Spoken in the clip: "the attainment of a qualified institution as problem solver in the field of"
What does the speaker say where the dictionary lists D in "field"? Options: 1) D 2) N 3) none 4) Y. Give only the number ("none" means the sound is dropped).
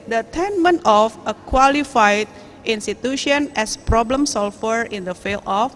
3